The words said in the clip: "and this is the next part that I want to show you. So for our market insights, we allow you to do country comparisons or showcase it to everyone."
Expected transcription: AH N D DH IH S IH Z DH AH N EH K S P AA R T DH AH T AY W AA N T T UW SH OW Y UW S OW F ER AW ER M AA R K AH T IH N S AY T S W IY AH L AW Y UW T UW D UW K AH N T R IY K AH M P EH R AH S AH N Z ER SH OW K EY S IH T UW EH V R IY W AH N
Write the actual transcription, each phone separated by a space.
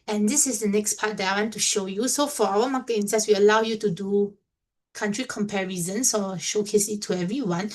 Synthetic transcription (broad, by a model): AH N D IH S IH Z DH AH N EH K S P AA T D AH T AY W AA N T T UW SH OW Y UW S OW F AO AW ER M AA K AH IH N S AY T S W IY AH L AW Y UW T UW D UW K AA N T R IY K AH M P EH R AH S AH N S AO SH OW K EY S IH T UW EH V R IY W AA N